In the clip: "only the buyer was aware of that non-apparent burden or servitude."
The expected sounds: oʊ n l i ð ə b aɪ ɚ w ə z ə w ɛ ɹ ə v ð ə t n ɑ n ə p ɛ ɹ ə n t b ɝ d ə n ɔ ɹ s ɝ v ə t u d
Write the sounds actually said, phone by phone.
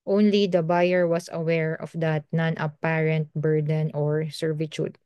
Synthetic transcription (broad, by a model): oʊ n l i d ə b aɪ ɚ w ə s ə w ɛ ɹ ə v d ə t n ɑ n ə p ɛ ɹ ə n t b ɝ d ə n ɔ ɹ s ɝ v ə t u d